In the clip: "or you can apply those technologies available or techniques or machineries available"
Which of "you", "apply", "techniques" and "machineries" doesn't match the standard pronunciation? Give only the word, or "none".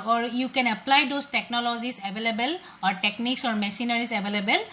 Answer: machineries